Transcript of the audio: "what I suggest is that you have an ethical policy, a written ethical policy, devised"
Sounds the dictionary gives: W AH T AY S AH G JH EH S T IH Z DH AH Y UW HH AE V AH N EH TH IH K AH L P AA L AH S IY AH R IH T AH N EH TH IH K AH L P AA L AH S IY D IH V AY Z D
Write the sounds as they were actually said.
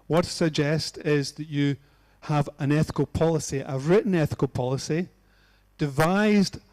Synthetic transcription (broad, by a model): W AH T S AH G JH EH S T IH Z DH AH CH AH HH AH V AH N EH TH IH K AH L P AA L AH S IY AH R IH T N EH TH IH K AH L P AA L AH S IY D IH V AY Z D